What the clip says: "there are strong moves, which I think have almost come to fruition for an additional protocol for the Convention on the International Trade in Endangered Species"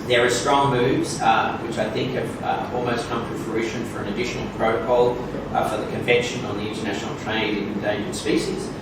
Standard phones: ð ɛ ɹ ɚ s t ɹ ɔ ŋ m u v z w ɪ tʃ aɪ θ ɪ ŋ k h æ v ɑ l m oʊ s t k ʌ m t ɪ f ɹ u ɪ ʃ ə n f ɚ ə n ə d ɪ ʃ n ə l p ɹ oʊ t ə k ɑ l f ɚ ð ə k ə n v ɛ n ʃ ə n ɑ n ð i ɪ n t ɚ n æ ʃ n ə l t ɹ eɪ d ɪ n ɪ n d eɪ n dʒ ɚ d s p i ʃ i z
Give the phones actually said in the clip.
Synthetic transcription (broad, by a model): ð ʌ ɹ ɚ s t ɹ ɔ ŋ m u v z w ɪ tʃ aɪ θ ɪ ŋ k h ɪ v ɑ l m oʊ s t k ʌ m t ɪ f ɹ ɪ ʃ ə n f ɚ ə n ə d ɪ ʃ n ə l p ɹ oʊ t ə k ɑ l f ɚ ð ə k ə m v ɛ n ʃ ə n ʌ n ð i ɪ n t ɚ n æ ʃ n l t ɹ eɪ ɪ n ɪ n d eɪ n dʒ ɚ s p i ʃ i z